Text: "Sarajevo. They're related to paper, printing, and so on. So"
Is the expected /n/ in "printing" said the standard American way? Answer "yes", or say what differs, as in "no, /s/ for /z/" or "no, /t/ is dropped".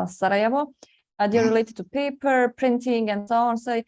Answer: yes